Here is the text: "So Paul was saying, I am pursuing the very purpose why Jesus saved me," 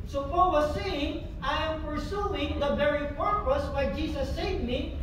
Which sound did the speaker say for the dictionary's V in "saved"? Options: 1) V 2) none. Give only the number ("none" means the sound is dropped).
2